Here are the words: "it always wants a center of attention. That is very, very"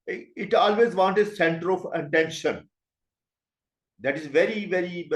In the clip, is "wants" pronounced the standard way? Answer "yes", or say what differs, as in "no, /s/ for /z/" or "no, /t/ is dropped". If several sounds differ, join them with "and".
no, /s/ is dropped